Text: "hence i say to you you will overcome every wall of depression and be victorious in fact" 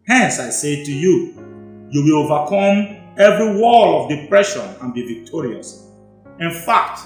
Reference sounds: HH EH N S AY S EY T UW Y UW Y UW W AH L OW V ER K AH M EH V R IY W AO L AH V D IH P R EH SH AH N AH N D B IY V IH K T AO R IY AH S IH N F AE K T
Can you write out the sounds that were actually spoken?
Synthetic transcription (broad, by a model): HH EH N S AY S EY T UW Y UW Y UW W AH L OW V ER K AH M EH V R IY W AO L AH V D IH P R EH SH AH N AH N B IY V IH K T AO R IY AH S IH N F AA K T